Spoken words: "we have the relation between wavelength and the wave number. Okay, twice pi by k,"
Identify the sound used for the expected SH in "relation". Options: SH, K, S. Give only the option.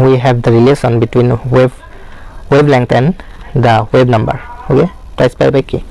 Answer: S